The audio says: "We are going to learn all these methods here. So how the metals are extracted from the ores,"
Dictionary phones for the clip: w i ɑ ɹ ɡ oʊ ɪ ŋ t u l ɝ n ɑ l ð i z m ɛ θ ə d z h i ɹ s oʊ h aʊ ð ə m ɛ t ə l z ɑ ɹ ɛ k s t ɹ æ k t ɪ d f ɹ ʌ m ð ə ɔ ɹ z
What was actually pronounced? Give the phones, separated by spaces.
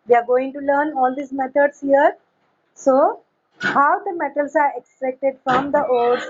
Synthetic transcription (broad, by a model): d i ɑ ɹ ɡ oʊ ɪ ŋ t u l ɝ n ɑ l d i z m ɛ t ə d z h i ɹ s oʊ h aʊ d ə m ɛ t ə l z ɑ ɹ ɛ k s t ɹ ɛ k t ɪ d f ɹ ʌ m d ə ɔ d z